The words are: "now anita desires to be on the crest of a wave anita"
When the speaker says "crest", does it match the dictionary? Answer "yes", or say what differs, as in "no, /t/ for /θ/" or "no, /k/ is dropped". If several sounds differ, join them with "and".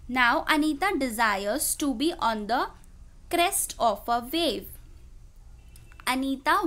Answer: yes